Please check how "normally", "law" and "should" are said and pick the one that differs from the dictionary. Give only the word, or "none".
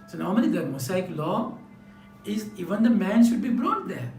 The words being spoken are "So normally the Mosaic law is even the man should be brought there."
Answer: normally